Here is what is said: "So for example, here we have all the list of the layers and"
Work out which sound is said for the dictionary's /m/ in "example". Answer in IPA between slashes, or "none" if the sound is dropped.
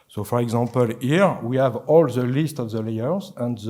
none